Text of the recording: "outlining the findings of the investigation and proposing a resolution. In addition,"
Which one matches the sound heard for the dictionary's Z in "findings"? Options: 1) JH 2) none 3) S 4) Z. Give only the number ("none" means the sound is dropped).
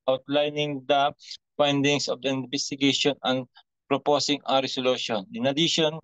3